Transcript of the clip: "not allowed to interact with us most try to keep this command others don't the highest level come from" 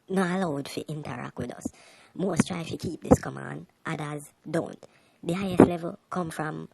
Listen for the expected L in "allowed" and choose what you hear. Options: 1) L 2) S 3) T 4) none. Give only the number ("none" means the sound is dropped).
4